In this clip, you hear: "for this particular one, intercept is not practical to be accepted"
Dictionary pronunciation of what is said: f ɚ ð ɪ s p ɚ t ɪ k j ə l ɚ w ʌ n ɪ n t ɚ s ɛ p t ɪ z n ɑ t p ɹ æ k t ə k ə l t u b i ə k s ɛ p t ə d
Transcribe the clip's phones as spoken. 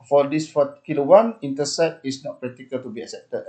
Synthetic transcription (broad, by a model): f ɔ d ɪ s f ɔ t k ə l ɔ w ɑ n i n t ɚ s ɛ t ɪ s n ɑ t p ɹ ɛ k t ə k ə l t u b i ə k s ɛ p t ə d